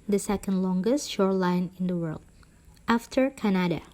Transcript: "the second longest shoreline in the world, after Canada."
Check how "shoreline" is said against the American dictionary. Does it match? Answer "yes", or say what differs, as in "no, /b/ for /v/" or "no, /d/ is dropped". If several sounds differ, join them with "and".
yes